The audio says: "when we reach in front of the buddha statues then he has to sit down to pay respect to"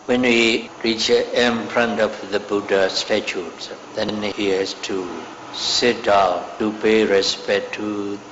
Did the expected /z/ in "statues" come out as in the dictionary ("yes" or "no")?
no